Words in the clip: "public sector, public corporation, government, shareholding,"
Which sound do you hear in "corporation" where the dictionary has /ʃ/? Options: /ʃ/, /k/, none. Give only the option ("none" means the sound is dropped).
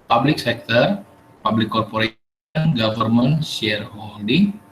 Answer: none